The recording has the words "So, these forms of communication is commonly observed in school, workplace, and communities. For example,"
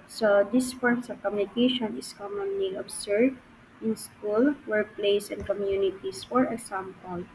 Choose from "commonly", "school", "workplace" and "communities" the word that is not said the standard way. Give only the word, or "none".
communities